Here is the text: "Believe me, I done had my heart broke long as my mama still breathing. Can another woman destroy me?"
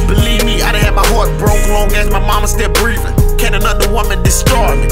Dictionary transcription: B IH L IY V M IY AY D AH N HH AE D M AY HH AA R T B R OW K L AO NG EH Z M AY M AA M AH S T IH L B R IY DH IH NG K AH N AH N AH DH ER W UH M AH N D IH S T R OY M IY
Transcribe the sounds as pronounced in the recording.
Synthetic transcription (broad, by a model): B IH L IY V M IY AY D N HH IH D M AY HH AA R T B R OW K N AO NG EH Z M AY M AA M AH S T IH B R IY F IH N K AH N AH N AH DH ER W UH M AH N D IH S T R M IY